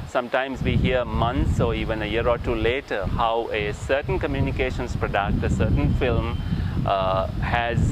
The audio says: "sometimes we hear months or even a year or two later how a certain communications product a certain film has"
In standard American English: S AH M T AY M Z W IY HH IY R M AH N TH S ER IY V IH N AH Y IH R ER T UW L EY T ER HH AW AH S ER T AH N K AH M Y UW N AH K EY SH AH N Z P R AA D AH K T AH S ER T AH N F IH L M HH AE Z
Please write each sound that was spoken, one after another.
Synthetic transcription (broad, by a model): S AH M T AY M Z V IY HH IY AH M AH N T S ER IY V IH N AH Y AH R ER T UW L EY T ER HH AW AH S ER T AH N K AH M Y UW N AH K EY SH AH N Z P R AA D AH K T AH S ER T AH N F IH L M HH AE Z